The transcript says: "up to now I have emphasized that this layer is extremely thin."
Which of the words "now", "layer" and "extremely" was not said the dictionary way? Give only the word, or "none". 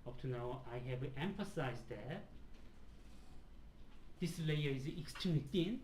extremely